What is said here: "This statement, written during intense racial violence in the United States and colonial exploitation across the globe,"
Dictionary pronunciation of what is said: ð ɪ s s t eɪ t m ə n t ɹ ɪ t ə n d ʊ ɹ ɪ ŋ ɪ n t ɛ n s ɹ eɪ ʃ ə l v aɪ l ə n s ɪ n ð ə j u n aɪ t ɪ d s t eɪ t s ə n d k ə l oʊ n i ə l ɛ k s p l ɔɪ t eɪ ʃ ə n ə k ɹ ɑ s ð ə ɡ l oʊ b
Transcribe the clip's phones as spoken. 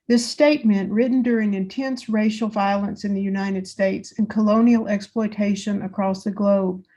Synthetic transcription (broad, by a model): ð ɪ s s t eɪ t m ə n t ɹ ɪ t n d ʊ ɹ ɪ ŋ ɪ n t ɛ n s ɹ eɪ ʃ l v aɪ l ə n s ɪ n ð ə j u n aɪ t ɪ d s t eɪ t s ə n k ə l oʊ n i l ɛ k s p l ɔɪ t eɪ ʃ ə n ə k ɹ ɑ s ð ə ɡ l oʊ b